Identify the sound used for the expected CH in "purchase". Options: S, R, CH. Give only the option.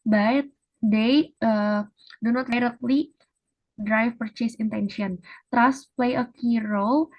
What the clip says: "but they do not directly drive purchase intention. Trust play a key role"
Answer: CH